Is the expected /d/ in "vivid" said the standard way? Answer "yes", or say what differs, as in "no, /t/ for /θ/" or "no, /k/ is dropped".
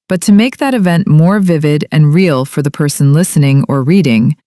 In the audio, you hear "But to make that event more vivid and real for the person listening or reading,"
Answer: yes